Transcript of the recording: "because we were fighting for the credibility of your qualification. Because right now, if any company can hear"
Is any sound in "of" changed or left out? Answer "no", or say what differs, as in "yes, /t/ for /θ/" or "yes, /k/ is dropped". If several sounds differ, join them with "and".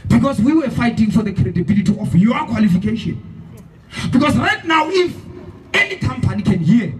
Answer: yes, /f/ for /v/